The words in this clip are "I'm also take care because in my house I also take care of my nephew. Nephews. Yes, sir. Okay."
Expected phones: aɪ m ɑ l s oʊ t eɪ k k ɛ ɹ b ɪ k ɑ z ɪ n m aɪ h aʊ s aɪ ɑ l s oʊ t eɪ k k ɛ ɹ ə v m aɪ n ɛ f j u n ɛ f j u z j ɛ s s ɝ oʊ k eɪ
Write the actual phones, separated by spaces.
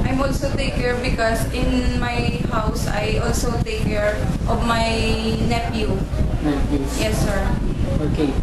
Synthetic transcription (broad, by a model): aɪ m ɑ l s oʊ t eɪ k k ɛ ɹ b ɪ k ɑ s ɪ n m aɪ h aʊ s aɪ ɑ l s oʊ t eɪ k k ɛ ɹ ə v m aɪ n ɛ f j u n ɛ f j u j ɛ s s ɝ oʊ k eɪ